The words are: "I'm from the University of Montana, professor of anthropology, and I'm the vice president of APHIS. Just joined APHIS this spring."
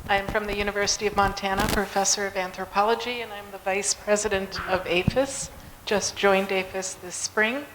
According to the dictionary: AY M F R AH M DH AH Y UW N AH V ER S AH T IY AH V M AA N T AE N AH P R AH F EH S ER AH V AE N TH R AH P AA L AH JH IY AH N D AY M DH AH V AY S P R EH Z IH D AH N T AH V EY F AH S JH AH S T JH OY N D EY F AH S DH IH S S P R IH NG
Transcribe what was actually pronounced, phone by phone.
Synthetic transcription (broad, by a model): AY M F R AH M DH AH Y UW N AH V ER S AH T IY AH V M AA N T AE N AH P R AH F EH S ER AH V AE N TH R AH P AA L AH JH IY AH N AY M DH AH V AY S P R EH Z IH D AH N T AH V EY F AH S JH AH S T JH OY N D EY F AH S DH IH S S P R IH NG